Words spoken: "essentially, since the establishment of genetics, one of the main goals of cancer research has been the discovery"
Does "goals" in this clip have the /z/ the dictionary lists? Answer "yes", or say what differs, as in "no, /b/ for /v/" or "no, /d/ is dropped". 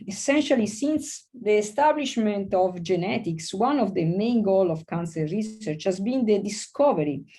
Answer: no, /z/ is dropped